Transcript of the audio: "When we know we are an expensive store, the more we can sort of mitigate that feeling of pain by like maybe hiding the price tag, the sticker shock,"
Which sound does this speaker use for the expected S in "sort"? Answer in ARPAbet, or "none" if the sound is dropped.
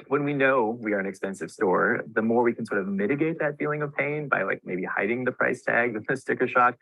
S